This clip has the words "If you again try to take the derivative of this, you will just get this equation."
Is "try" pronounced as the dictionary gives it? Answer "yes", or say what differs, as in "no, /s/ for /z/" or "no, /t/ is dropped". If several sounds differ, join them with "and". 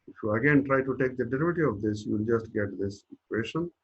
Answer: yes